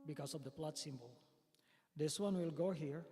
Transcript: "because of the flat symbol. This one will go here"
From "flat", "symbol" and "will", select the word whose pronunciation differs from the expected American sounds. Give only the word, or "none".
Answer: flat